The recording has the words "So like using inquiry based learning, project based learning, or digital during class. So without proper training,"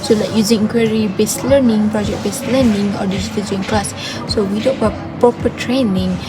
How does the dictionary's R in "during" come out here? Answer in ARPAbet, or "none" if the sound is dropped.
none